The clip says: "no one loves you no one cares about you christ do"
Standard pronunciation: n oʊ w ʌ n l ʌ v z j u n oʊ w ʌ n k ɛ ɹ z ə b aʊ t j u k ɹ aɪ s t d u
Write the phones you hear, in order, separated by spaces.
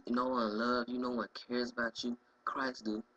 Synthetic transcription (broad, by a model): n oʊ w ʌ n l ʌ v j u n oʊ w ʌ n k ɛ ɹ z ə b aʊ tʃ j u k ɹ aɪ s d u